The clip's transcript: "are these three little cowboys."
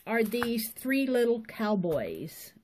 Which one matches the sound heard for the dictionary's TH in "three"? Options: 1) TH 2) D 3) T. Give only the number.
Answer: 1